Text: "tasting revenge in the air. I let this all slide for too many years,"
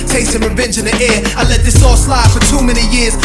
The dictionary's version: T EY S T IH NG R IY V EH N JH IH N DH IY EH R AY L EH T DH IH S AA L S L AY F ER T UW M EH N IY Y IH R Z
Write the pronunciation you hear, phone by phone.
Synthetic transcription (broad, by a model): T EY S T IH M R IY V EH N JH IH N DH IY EH R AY L EH T DH IH S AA S L AY F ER T UW M EH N IY Y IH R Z